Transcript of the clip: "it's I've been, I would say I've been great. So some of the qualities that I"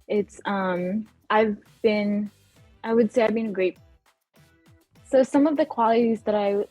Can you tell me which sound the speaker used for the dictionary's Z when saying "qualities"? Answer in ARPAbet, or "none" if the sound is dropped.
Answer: Z